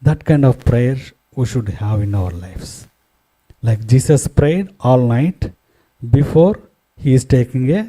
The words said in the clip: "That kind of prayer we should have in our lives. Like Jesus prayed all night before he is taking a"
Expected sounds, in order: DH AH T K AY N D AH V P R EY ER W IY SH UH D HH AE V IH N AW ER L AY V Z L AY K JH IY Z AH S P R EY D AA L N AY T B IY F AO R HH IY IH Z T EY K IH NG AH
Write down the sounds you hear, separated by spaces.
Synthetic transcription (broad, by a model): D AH T K AY N D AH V P R EY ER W IY SH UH D HH AE V IH N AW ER L AY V S L AY K JH IY S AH S P R EY D AA L N AY T B IY F AO R HH IY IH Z T EY K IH NG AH